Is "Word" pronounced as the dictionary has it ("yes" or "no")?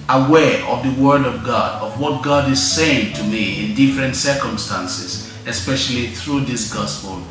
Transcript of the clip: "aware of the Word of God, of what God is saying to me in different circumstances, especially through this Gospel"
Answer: yes